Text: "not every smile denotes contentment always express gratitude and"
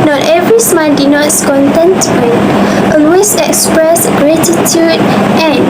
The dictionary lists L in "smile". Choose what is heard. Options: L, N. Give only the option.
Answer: N